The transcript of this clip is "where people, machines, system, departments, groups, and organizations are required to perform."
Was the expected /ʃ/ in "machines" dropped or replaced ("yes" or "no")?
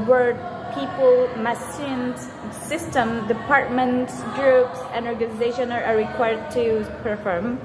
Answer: yes